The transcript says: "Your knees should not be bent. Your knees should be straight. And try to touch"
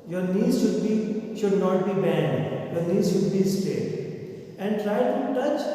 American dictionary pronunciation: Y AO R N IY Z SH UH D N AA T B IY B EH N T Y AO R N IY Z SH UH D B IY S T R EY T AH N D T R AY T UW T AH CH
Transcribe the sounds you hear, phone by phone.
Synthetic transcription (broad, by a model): Y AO R N IY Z SH UH D N AA T B IY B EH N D Y AO R N IY Z SH UH D B IY S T EY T AH N D T R AY T UW T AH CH